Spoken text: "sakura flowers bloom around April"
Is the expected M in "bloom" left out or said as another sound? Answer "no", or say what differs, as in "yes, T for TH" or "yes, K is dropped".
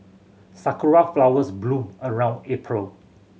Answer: yes, M is dropped